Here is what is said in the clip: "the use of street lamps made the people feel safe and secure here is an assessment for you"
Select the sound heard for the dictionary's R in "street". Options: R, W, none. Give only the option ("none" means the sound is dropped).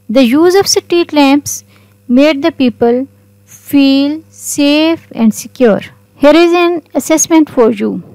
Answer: none